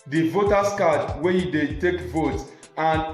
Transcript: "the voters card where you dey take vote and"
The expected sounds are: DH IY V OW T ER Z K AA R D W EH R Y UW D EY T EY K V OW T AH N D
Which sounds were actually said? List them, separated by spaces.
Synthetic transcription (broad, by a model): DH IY V OW T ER S K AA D W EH Y UW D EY T EY K V OW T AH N